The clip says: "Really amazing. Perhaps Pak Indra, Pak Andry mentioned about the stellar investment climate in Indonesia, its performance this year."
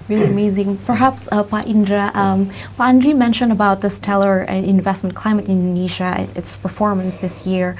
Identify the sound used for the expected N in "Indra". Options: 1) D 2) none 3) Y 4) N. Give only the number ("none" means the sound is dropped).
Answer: 4